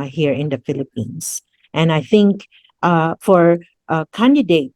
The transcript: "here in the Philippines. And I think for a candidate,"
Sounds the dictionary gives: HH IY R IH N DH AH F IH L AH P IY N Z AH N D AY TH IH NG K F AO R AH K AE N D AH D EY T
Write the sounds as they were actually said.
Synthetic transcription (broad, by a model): HH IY R IH N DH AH F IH L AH P IY N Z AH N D AY TH IH NG K F AO R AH K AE N D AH D EY T